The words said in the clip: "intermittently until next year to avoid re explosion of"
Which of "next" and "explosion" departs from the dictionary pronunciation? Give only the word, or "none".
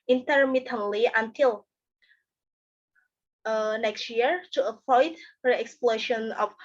explosion